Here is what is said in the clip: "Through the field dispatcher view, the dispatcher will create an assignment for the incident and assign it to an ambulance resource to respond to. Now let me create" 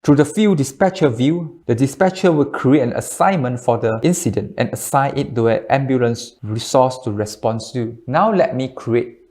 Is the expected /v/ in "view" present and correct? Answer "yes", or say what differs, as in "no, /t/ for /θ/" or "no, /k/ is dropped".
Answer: yes